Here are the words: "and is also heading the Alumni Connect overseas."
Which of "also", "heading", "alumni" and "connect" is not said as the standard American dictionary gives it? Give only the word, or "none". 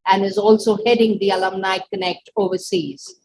none